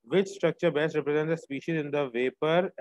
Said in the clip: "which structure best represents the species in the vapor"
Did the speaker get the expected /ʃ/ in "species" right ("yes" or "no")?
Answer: yes